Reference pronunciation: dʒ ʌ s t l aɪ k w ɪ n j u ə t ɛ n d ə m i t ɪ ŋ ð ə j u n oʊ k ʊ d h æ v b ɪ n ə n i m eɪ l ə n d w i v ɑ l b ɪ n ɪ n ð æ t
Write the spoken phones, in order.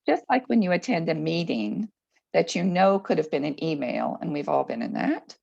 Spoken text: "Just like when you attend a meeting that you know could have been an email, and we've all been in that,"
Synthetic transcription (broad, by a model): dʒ ʌ s t l aɪ k w ɪ n j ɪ ə t ɛ n d ə m i t ɪ ŋ ð ə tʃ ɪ n oʊ k ʊ d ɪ v b ɪ n ə n i m eɪ l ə n w i v ɑ l b ɪ n ɪ n ð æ t